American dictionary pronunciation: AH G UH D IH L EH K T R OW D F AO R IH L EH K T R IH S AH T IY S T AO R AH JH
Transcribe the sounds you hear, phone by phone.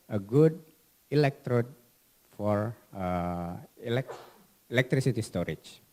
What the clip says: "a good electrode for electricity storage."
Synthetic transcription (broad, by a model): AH G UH D IH L EH K T R OW D F AO R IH L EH K T R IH S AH T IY S T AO R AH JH